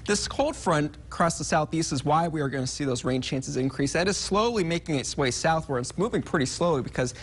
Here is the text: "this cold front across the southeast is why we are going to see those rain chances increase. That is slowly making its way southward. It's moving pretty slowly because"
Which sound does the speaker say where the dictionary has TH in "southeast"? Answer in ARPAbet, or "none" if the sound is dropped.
TH